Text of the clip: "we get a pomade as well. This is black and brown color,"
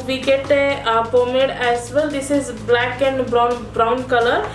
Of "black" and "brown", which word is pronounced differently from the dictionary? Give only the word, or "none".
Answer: none